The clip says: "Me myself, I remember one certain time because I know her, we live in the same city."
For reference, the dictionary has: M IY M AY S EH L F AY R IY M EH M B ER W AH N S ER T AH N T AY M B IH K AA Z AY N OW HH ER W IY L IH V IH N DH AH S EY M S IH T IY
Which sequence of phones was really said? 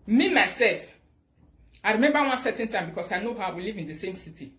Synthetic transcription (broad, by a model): M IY M AY S EH L F AY R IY M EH M B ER W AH N S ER T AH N T AY M B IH K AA S AY N OW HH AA W IY L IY V IH N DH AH S EY M S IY T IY